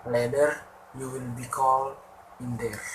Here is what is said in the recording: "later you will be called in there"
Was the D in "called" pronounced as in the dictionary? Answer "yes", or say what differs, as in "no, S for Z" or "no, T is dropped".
no, D is dropped